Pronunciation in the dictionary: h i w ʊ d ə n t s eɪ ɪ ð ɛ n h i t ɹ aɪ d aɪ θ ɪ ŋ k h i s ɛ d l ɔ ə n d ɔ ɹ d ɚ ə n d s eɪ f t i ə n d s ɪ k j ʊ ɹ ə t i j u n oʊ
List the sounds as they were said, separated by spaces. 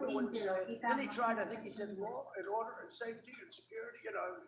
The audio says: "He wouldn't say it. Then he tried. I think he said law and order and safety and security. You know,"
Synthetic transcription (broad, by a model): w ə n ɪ ɪ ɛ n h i t ɹ aɪ d aɪ θ ɪ ŋ k h i s ɛ d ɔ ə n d ɔ ɹ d ɚ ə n s eɪ f t i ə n s ɪ k j ʊ ɹ ə t i j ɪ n oʊ